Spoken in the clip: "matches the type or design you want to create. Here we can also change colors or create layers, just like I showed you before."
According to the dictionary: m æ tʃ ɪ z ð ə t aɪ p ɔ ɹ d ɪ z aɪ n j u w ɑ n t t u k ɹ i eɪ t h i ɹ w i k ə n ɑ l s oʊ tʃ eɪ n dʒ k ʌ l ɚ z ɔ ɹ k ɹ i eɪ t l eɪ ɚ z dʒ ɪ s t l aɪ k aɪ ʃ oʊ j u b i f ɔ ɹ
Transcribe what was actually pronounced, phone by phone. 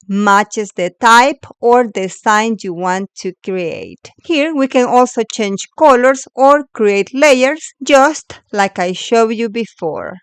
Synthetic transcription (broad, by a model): m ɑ tʃ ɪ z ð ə t aɪ p ɔ ɹ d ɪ s aɪ n j u w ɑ n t t u k ɹ i eɪ t h i ɹ w i k ə n ɑ l s oʊ tʃ eɪ n dʒ k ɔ l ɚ s ɔ ɹ k ɹ i eɪ t l eɪ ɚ s dʒ ɪ s t l aɪ k aɪ ʃ oʊ j u b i f ɔ ɹ